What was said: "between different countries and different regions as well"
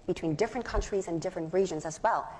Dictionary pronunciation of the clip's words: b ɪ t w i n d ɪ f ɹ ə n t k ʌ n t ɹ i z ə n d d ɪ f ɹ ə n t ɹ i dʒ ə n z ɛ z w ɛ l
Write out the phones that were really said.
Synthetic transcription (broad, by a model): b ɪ t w i n d ɪ f ɹ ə n k ʌ n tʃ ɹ i z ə n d d ɪ f ɹ ə n t ɹ i dʒ ə n z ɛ z w ɛ l